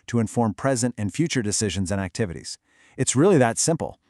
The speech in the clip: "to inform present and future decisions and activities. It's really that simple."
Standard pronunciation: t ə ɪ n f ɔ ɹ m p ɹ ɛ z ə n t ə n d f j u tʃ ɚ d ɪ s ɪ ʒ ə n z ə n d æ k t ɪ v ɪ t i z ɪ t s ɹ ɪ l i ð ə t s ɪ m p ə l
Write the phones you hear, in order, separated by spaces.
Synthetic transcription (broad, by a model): t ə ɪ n f ɔ ɹ m p ɹ ɛ z ə n t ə n f j u tʃ ɚ d ɪ s ɪ ʒ ə n z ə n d æ k t ɪ v ɪ t i z ɪ t s ɹ ɪ l i ð ə t s ɪ m p l